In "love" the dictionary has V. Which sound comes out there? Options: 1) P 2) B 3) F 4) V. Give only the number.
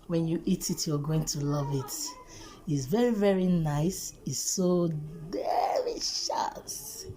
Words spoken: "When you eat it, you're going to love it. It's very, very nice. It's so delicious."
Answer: 4